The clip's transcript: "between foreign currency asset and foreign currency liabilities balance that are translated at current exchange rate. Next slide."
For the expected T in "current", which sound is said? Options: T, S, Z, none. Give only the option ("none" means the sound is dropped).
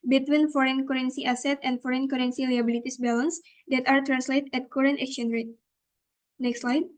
T